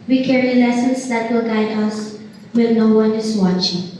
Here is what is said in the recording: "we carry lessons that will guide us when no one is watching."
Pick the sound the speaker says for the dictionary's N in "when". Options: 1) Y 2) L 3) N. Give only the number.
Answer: 2